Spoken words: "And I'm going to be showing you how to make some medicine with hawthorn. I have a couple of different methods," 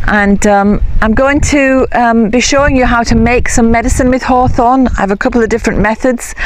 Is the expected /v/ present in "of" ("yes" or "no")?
yes